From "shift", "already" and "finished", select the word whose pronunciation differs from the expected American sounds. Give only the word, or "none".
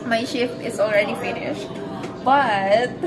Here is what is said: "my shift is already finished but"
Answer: shift